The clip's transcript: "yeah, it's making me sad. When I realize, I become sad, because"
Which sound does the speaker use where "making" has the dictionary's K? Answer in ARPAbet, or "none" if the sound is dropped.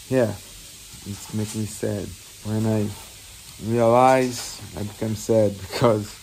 none